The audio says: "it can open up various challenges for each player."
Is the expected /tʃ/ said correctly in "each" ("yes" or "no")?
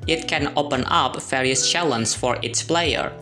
no